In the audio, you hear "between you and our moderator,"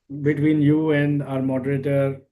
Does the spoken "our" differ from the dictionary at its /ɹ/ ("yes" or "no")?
no